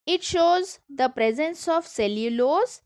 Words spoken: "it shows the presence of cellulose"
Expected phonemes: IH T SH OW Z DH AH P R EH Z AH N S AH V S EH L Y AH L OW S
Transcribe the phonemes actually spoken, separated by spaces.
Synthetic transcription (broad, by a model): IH T SH OW Z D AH P R EH Z AH N S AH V S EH L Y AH L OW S